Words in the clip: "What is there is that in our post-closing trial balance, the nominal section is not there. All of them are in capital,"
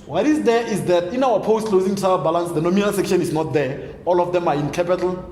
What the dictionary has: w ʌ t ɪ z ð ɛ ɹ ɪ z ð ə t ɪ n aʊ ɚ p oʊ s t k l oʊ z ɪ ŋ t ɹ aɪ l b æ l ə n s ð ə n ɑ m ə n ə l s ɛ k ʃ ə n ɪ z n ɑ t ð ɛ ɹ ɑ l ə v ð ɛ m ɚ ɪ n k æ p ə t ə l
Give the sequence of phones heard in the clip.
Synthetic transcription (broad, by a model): w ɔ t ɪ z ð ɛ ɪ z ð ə t ɪ n aʊ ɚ p oʊ s t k l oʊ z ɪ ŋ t aɪ b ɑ l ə n s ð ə n ɑ m ə n ə l s ɛ k ʃ ə n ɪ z n ɑ t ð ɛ ɑ l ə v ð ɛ m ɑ ɪ n k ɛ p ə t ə l